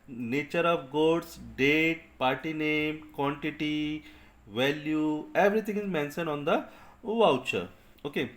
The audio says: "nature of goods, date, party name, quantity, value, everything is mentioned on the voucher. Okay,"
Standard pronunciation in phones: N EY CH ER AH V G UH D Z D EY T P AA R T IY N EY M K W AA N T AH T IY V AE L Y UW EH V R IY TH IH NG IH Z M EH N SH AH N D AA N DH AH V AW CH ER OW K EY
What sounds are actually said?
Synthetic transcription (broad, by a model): N EY CH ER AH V G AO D S D EY T P AA R T IY N EY M K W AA N T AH T IY V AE L Y UW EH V R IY T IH NG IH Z M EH N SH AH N AA N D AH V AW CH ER OW K EY